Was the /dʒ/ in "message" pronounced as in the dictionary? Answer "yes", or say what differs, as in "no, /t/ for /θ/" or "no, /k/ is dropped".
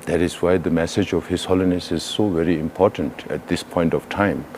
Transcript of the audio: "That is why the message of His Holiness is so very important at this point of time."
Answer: yes